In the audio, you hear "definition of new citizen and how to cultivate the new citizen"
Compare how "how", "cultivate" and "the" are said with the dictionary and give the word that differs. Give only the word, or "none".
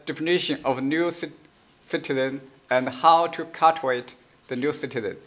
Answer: cultivate